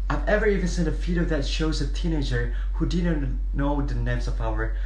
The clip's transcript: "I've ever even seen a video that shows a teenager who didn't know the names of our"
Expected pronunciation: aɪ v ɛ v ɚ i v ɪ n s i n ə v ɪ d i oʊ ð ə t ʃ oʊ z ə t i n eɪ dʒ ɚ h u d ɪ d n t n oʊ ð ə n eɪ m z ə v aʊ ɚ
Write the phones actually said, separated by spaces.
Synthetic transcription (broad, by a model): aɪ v ɛ v ɚ i v ɪ n s i n ə f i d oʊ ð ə t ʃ oʊ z ə t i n eɪ dʒ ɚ h u d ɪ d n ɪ n oʊ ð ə n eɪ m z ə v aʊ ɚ